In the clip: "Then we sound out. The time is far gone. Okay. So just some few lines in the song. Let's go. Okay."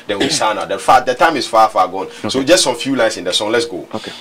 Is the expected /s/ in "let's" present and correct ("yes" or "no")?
yes